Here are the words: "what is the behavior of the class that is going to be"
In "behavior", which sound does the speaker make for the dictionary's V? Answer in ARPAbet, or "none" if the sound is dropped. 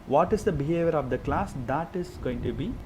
V